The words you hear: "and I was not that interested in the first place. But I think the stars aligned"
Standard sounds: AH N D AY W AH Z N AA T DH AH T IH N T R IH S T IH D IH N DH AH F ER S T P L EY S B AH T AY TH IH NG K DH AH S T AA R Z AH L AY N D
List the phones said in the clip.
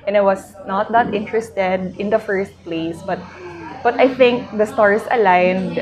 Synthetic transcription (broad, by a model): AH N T W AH S N AA T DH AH T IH N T R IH S T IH D IH N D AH F ER S T P L EY S B AH T AY TH IH NG K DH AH S T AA R S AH L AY N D